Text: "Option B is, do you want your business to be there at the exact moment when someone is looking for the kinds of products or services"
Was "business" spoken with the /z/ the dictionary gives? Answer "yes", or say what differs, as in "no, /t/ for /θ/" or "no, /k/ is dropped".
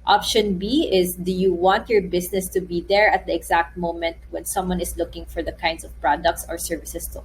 no, /s/ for /z/